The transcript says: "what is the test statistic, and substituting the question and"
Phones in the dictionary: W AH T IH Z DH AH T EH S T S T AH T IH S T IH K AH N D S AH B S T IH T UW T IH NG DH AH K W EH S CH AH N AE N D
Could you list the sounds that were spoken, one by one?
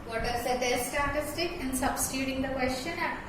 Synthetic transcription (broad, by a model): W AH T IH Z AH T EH T S T AH T IH S T IH K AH N S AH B S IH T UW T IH NG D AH K W EH S CH AH N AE